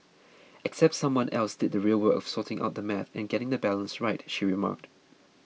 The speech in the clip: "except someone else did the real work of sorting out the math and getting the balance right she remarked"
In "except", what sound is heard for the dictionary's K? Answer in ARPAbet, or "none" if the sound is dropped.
K